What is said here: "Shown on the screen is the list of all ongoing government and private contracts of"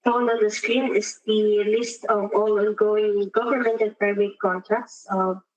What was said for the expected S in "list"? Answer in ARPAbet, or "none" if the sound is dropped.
S